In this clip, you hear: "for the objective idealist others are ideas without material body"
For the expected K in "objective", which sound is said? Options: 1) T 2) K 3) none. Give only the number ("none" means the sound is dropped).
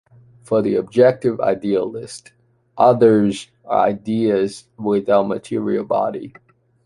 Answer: 2